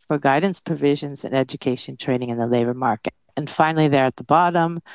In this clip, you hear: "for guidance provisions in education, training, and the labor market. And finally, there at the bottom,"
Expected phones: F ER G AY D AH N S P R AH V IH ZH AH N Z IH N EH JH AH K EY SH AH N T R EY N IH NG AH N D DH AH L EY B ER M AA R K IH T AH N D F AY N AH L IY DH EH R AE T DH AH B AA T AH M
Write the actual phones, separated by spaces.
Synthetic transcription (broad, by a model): F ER G AY D N S P R AH V IH ZH AH N Z IH N EH JH AH K EY SH AH N T R EY N IH NG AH N DH AH L EY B ER M AA R K IH T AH N F AY N L IY DH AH R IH T DH AH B AA T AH M